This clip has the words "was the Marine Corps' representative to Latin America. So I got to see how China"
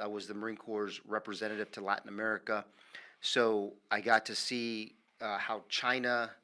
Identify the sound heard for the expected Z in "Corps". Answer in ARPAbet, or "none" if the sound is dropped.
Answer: Z